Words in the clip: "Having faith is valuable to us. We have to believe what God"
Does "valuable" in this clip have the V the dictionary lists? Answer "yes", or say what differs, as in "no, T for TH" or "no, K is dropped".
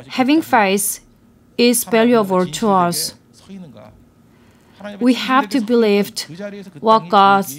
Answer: no, P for V